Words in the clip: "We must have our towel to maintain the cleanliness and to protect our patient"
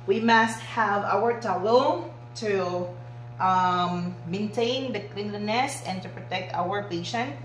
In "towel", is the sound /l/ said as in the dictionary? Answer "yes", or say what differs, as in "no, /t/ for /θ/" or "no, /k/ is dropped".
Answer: no, /n/ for /l/